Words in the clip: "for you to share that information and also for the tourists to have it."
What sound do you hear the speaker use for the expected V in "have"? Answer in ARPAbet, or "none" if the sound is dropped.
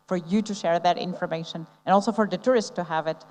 V